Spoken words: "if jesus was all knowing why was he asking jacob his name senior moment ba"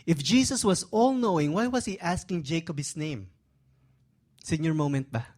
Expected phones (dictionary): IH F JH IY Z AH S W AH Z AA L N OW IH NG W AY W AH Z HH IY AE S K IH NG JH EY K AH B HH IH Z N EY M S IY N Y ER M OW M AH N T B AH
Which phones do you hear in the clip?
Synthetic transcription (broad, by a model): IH F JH IY S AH S W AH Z AA L N OW IH NG W AY W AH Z HH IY AE S K IH NG JH EY K AH B HH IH S N EY M S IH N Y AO M OW M AH N T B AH